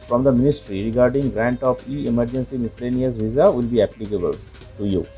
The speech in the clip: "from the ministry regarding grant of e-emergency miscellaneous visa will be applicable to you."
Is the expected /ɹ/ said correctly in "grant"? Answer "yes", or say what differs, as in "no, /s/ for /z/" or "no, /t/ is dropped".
yes